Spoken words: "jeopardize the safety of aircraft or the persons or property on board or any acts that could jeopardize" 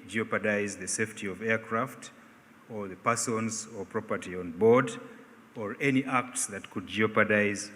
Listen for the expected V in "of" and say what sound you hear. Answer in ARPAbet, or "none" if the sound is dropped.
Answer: V